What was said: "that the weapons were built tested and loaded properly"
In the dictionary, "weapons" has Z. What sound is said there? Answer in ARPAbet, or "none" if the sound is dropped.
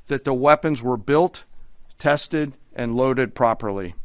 Z